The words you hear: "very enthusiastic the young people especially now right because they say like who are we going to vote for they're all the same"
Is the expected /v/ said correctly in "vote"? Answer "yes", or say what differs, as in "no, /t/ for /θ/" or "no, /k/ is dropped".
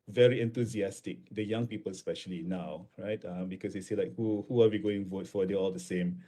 yes